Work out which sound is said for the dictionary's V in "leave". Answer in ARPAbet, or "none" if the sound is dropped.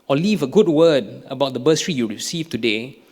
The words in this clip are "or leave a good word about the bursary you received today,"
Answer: V